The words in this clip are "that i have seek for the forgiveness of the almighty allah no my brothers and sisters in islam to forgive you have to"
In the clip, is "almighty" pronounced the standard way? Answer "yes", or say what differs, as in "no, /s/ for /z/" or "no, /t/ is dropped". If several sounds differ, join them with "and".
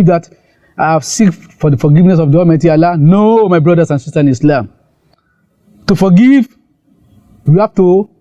no, /l/ is dropped